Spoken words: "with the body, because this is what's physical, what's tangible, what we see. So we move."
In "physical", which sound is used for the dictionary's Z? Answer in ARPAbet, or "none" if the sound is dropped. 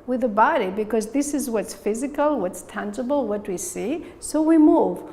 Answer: Z